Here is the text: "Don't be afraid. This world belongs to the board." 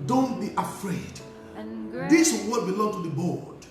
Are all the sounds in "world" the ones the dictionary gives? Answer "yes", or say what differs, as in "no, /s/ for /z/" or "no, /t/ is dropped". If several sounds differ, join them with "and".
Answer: no, /l/ is dropped